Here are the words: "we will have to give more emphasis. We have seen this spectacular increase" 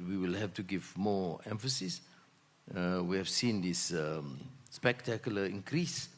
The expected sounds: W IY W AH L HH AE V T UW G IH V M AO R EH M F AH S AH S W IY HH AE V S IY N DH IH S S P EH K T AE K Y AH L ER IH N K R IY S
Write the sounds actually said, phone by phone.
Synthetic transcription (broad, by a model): W IY W AH L HH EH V T UW G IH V M AO EH M F AH S AH S W IY HH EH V S IY N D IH S S P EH K T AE K Y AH L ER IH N K R IY S